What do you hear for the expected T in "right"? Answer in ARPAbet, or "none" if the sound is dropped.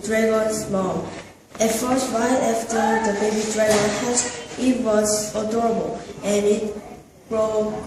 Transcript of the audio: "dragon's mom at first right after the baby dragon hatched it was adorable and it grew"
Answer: none